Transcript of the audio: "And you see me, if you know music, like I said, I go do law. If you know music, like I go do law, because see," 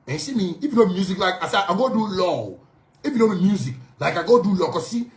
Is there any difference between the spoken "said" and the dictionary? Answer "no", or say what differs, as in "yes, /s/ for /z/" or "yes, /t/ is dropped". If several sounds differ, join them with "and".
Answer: yes, /d/ is dropped